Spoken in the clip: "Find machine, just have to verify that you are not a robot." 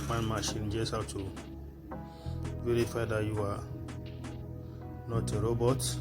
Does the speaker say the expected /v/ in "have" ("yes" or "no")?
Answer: no